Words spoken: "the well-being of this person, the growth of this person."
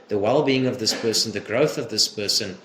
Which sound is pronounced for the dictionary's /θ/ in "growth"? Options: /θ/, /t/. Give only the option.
/θ/